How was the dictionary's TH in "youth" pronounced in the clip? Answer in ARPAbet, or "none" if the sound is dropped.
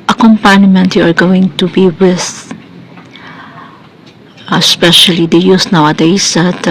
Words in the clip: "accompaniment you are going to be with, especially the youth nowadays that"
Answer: S